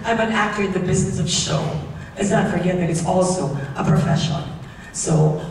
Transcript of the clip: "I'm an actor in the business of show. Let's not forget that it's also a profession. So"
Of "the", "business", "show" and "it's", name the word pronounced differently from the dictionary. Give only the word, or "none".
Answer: none